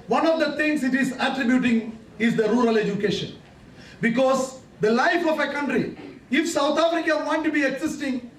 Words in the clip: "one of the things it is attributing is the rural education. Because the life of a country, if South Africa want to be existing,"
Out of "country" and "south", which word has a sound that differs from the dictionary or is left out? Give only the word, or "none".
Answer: south